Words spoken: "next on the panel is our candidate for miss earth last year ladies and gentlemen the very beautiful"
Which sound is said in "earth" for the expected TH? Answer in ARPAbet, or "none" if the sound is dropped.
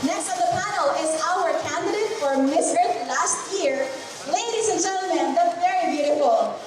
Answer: T